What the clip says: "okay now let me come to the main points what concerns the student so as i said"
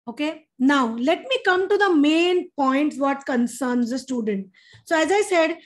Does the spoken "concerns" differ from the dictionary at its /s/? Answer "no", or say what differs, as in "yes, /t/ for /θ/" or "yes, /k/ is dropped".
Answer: no